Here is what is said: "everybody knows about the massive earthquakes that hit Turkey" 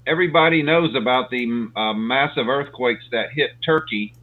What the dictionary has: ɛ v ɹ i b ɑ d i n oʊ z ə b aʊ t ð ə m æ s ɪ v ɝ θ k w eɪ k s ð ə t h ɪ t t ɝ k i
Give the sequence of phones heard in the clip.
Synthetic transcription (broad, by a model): ɛ v ɹ i b ɑ d i n oʊ z ə b aʊ t ð ə m æ s ɪ v ɝ θ k w eɪ k s ð ə t h ɪ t t ɝ k i